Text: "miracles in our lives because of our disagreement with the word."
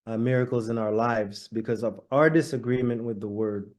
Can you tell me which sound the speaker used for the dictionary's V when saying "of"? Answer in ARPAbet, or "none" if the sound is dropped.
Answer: V